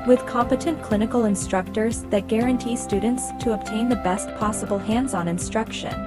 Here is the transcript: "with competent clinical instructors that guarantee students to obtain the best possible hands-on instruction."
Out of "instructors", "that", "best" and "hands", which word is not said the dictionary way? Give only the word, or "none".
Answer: none